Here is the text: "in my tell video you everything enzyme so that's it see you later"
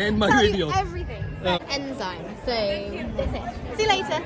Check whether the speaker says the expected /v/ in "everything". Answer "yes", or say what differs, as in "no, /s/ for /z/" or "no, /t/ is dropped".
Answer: yes